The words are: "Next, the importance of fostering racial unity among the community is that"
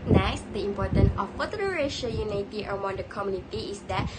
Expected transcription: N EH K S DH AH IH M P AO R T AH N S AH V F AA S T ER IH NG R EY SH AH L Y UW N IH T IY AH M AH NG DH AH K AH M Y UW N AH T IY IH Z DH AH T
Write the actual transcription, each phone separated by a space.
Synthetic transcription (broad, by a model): N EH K S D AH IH M P AO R T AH N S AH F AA T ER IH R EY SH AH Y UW N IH T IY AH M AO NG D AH K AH M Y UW N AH T IY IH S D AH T